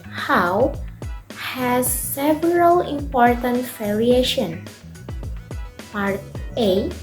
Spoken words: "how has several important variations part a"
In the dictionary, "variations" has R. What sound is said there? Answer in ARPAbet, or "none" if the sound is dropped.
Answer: L